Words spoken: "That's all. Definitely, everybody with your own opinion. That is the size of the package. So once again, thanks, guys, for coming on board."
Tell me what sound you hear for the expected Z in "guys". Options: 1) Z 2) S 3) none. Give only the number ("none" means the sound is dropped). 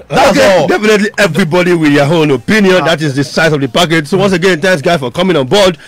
3